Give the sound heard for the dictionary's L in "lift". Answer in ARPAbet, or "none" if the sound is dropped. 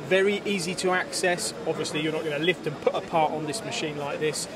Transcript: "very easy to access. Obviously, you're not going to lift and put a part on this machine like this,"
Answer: L